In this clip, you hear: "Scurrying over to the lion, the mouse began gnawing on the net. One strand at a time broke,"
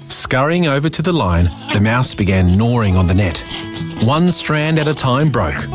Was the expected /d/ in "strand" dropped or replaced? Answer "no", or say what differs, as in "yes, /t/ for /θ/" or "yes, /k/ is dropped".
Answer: no